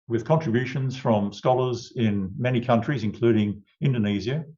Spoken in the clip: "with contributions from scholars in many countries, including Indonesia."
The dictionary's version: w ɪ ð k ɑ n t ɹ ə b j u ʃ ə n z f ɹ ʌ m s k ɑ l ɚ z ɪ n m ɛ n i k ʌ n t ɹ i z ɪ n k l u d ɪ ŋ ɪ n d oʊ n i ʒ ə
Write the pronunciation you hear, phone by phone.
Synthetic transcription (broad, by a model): w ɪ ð k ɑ n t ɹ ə b j u ʃ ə n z f ɹ ʌ m s k ɑ l ɚ z ɪ n m ɛ n i k ʌ n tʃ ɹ i z ɪ n k l u d ɪ ŋ ɪ n d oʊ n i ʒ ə